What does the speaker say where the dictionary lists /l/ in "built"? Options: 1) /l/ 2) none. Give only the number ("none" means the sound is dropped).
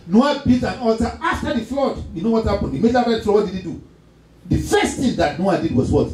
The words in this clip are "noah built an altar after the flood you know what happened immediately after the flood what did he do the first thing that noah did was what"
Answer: 2